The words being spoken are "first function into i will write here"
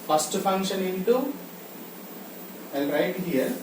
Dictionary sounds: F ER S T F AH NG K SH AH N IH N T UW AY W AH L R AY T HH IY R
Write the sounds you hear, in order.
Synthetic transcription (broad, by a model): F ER S T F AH NG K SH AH N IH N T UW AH N R AY T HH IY R